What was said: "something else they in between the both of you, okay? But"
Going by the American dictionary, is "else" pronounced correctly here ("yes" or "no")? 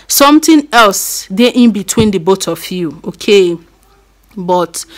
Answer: yes